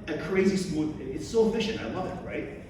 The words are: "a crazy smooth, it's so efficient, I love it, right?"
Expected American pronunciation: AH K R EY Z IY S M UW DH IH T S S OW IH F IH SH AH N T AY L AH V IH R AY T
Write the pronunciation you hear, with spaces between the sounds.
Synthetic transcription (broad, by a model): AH K R EY Z IY S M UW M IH T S S OW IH F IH SH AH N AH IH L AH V IH R AY T